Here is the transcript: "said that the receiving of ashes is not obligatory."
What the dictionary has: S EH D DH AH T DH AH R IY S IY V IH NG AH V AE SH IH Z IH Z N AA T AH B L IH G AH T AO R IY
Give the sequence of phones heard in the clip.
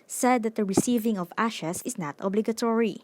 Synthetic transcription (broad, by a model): S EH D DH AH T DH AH R IY S IY V IH NG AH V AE SH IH S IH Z N AA T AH B L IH G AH T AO R IY